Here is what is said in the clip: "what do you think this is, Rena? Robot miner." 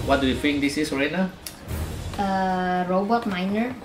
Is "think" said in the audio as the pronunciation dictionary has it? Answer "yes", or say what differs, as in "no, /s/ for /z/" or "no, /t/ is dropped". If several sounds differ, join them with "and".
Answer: no, /f/ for /θ/